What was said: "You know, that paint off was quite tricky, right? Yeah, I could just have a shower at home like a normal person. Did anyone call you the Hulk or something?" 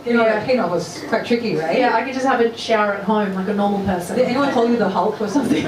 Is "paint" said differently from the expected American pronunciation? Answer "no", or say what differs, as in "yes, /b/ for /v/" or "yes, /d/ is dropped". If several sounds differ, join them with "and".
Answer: yes, /t/ is dropped